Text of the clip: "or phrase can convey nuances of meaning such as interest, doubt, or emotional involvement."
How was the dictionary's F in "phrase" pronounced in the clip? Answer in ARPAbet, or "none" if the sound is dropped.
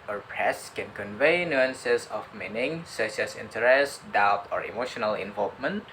P